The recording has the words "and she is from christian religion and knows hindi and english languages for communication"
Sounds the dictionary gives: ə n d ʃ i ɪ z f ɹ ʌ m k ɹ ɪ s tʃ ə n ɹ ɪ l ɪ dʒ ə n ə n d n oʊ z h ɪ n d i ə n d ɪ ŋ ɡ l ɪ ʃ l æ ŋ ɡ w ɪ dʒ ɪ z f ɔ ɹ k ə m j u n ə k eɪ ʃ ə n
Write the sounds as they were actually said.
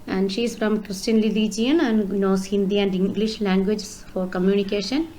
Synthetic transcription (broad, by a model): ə n d ʃ i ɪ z f ɹ ʌ m k ɹ ɪ s tʃ ə n l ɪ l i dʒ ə n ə n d n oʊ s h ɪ n d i ə n d ɪ ŋ ɡ l ɪ ʃ l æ ŋ ɡ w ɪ dʒ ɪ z f ɔ ɹ k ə m j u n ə k eɪ ʃ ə n